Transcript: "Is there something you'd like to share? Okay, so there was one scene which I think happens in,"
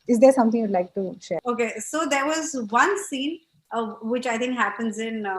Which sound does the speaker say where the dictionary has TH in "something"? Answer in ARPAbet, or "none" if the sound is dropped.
T